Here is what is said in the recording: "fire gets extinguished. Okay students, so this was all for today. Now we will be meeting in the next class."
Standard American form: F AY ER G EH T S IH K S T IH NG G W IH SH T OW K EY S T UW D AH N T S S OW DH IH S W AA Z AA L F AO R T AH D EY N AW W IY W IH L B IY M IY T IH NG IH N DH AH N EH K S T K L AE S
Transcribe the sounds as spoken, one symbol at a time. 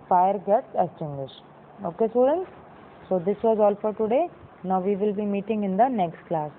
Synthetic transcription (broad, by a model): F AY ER G EH T S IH S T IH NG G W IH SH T OW K EY S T UW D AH N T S S OW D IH S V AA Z AA L F AO R T AH D EY N AW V IY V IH L B IY M IY T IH NG IH N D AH N EH K S T K L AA S